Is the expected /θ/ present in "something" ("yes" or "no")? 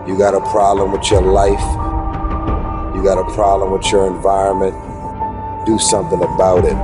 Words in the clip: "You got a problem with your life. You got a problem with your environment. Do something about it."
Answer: yes